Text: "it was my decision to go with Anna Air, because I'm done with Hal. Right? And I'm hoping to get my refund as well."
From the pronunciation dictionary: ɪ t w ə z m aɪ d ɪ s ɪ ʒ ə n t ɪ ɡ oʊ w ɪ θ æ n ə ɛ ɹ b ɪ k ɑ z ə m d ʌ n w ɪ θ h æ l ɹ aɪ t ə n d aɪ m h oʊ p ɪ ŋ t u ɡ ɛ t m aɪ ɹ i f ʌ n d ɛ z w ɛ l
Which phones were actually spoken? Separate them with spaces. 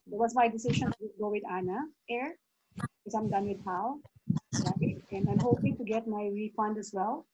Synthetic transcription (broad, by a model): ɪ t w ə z m aɪ d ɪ s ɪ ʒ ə n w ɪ ɡ oʊ w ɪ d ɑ n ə ɛ ɹ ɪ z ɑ ə m d ʌ n w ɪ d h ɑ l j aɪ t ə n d aɪ m h oʊ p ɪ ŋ t u ɡ ɛ t m aɪ ɹ i f ʌ n d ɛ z w ɛ l